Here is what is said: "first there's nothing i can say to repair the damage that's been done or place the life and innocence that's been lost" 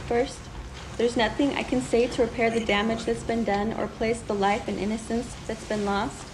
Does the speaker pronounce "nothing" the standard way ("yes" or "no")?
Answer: yes